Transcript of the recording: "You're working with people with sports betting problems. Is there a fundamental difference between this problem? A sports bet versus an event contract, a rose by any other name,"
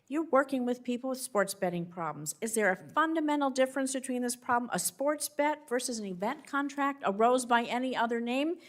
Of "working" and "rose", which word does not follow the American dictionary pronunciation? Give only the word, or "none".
none